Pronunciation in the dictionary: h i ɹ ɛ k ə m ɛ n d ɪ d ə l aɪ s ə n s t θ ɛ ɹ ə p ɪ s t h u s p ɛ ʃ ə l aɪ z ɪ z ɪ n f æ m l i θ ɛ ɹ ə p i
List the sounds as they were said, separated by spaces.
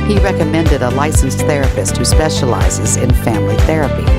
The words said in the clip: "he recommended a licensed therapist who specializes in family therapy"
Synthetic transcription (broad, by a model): h i ɹ ɛ k ə m ɛ n d ɪ d ə l aɪ s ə n s θ ɛ ɹ ə p ɪ s t h u s p ɛ ʃ ə l aɪ z ɪ z ɪ n f æ m l i θ ɛ ɹ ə p i